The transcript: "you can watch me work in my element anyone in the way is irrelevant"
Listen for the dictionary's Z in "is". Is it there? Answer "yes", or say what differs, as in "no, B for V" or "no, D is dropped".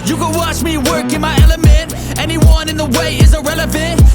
yes